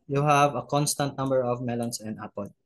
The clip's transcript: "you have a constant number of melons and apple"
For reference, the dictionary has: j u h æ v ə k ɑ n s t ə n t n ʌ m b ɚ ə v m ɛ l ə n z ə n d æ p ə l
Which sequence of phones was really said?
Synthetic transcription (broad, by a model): j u h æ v ə k ɑ n s t ə n t n ʌ m b ɚ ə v m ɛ l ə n s ə n d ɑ p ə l